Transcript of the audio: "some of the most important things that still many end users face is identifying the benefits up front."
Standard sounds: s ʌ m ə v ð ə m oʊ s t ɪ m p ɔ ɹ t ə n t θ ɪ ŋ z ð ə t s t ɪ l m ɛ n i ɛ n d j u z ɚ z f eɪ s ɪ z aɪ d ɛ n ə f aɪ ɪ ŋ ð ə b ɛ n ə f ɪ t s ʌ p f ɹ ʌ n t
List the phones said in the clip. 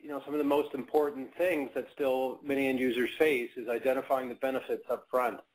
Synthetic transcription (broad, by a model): s ʌ m ə v ð ə m oʊ s t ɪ m p ɔ ɹ t n θ ɪ ŋ z ð ə t s t ɪ l m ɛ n i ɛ n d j u z ɚ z f eɪ s ɪ z aɪ d ɛ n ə f aɪ ɪ ŋ ð ə b ɛ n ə f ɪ t s ʌ p f ɹ ʌ n t